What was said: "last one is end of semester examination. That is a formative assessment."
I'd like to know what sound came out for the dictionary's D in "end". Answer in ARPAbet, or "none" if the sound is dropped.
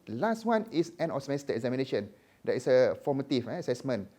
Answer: none